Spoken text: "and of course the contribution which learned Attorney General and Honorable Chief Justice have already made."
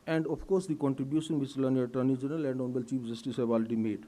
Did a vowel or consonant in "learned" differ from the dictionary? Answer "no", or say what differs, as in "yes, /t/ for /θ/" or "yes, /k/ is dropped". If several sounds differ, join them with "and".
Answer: yes, /d/ is dropped